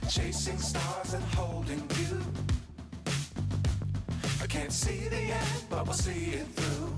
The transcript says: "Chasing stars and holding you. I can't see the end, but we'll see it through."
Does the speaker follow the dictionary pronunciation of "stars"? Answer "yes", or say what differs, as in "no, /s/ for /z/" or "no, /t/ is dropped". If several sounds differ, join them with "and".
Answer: yes